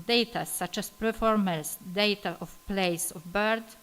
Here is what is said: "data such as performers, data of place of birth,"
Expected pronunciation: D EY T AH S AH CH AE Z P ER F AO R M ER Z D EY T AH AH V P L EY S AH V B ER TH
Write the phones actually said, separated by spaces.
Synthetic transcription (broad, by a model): D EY T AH S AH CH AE S P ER F AO R M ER S D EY T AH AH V P L EY S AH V B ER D